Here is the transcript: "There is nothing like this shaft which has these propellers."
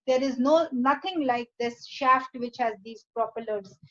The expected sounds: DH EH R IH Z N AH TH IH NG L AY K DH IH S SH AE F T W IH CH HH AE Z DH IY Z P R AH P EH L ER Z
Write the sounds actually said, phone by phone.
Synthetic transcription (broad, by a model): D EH R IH Z N AH T IH NG L AY K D IH S SH AE F T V IH CH HH AE Z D IY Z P R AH P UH L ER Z